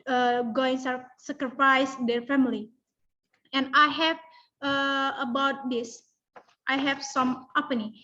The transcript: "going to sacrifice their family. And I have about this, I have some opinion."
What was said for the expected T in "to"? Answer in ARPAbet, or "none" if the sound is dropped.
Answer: S